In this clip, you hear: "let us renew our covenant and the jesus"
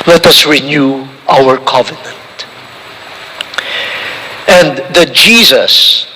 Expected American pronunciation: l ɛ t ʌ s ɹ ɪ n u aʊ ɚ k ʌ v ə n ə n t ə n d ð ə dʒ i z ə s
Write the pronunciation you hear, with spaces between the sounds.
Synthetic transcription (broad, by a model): l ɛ t ʌ s ɹ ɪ n u aʊ ɚ k ʌ v ə n ə n t ə n d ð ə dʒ i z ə s